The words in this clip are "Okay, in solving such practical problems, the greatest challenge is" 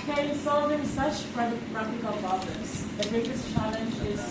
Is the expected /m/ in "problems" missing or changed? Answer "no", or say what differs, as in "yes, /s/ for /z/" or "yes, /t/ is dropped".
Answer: yes, /m/ is dropped